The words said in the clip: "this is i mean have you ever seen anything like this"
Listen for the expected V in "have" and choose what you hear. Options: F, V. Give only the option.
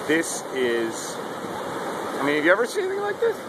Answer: F